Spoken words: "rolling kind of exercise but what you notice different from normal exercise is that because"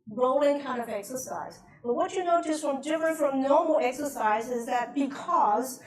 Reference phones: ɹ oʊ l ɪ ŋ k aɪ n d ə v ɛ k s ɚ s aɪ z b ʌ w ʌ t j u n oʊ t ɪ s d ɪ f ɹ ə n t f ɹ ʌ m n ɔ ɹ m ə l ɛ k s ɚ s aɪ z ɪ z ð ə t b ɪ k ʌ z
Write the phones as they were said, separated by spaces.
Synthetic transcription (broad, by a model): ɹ oʊ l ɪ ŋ k aɪ n d ə v ɛ k s ɚ s aɪ z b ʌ w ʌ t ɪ n oʊ t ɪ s d ɪ f ɹ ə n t f ɹ ʌ m n ɔ ɹ m l ɛ k s ɚ s aɪ z ɪ z ð ə t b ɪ k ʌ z